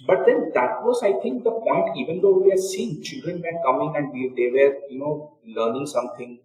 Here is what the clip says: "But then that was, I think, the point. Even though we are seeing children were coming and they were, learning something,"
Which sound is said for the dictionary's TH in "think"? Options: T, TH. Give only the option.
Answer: T